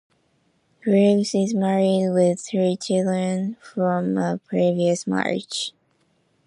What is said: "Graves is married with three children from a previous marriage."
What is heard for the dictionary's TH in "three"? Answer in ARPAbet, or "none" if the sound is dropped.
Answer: TH